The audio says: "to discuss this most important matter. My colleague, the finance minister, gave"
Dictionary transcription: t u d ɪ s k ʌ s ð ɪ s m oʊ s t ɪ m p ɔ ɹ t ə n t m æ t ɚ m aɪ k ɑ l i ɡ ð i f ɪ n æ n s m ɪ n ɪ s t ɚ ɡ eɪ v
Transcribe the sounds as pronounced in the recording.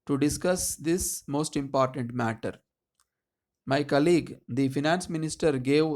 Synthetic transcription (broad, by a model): t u d ɪ s k ʌ s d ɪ s m oʊ s t ɪ m p ɔ ɹ t ə n t m æ t ɚ m aɪ k ɑ l i ɡ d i f ɪ n æ n s m ɪ n ɪ s t ɚ ɡ eɪ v